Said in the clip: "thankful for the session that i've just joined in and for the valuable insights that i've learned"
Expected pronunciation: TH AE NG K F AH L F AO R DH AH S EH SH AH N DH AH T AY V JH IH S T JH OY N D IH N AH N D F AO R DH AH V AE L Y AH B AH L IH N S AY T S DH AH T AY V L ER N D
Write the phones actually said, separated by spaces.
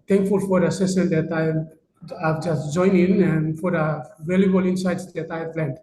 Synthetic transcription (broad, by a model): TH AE NG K F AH L F AO R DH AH S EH S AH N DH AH T AY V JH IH S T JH OY N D IH N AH N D F AO R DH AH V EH L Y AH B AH L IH N S AY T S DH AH T AY V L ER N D